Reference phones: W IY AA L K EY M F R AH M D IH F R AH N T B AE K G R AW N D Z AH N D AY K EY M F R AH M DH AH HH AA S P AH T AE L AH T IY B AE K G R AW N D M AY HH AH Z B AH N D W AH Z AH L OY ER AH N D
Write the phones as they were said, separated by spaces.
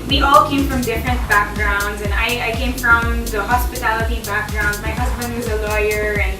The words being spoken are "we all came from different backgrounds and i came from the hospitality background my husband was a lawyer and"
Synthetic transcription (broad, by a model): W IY AA L K EY M F R AH M D IH F R AH N T B AE K G R AW N D Z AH N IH AY K EY M F R AH M DH AH HH AA S P AH T AE L AH T IY B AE K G R AW N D M AY HH AH Z B AH N D W AH Z AH L OY ER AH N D